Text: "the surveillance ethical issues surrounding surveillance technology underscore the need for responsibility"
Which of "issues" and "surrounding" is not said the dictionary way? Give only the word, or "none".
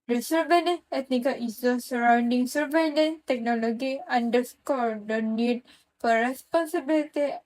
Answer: issues